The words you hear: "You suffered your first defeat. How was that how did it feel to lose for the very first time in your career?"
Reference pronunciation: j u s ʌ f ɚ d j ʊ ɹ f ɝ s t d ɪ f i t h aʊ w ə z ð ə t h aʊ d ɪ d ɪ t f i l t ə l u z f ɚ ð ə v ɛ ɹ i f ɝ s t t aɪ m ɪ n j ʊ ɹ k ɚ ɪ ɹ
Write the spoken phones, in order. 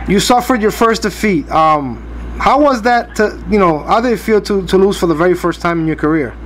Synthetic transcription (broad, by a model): j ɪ s ʌ f ɚ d j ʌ ɹ f ɝ s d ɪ f i t h aʊ w ə z ð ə t h aʊ d ɪ d ɪ t f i l t ə l u z f ɚ ð ə v ɛ ɹ i f ɝ s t t aɪ m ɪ n j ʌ ɹ k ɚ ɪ ɹ